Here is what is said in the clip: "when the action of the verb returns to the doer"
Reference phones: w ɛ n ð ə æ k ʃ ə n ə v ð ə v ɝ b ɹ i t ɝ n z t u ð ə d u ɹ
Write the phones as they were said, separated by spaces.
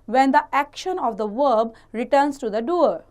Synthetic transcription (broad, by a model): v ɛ n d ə æ k ʃ ə n ə v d ə v ɝ b ɹ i t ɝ n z t u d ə d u ɹ